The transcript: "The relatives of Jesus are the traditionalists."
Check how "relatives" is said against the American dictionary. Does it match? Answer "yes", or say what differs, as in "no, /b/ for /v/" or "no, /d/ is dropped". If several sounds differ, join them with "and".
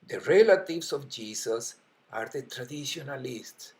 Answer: no, /s/ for /z/